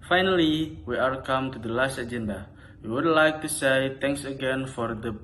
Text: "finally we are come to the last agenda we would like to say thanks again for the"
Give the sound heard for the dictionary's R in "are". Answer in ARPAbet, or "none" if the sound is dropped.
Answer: L